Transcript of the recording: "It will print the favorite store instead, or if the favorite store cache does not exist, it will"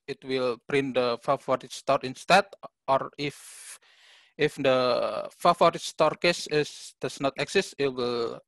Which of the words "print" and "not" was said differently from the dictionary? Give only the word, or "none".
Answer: none